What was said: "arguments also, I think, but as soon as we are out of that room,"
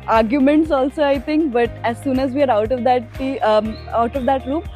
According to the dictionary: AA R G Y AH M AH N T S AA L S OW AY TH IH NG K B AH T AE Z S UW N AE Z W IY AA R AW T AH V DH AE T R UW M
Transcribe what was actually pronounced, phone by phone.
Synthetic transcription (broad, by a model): AA R G Y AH M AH N T S AA L S OW AY T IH NG K B AH T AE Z S UW N AE Z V IY AA R AW T AH V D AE T R UW M